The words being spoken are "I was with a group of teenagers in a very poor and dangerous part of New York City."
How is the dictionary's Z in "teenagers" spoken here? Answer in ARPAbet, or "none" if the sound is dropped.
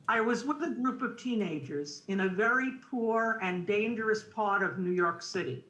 Z